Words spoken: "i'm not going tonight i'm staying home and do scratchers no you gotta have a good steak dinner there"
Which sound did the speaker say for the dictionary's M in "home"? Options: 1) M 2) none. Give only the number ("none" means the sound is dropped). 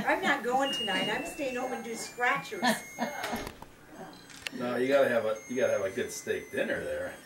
2